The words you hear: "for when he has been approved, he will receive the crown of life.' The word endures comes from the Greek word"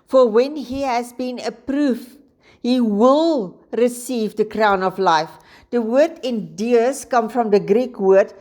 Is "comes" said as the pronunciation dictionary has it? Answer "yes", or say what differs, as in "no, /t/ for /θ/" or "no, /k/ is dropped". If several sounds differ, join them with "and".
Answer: no, /z/ is dropped